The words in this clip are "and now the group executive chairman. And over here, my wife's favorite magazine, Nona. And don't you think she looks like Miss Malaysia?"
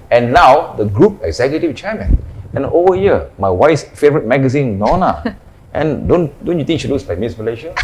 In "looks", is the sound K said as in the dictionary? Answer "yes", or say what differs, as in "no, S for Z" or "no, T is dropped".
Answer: no, K is dropped